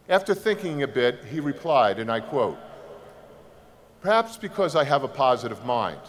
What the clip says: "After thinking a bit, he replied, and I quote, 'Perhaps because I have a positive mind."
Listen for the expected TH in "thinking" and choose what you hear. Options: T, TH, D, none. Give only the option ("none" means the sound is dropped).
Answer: TH